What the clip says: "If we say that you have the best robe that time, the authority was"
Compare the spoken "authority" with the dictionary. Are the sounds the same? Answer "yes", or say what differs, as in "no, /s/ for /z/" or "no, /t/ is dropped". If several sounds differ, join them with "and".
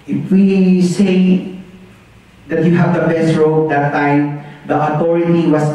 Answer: no, /t/ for /θ/